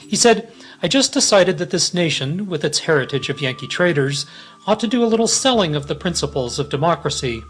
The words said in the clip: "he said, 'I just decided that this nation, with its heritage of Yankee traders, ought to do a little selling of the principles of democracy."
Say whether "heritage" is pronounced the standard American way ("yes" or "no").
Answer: yes